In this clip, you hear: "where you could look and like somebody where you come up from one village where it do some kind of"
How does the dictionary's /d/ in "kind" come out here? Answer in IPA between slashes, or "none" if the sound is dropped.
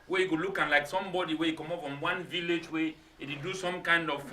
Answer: /d/